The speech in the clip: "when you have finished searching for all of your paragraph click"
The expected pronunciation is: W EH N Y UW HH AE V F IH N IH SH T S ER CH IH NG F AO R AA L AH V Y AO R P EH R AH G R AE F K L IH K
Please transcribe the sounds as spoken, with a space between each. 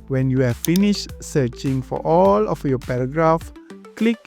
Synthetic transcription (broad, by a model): W EH N Y UW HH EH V F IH N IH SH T S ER CH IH NG F AO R AA L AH F Y AO P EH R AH G R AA F K L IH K